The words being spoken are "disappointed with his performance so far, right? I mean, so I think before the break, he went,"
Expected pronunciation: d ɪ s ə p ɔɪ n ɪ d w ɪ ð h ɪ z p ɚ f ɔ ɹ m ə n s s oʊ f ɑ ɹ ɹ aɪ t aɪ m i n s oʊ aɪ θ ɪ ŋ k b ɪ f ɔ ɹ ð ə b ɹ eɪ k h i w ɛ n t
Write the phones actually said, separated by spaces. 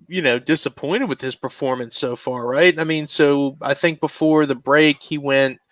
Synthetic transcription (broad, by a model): d ɪ s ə p ɔɪ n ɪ d w ɪ ð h ɪ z p ɚ f ɔ ɹ m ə n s s oʊ f ɑ ɹ ɹ aɪ t aɪ m i n s oʊ aɪ θ ɪ ŋ k b ɪ f ɔ ɹ ð ə b ɹ eɪ k h i w ɛ n t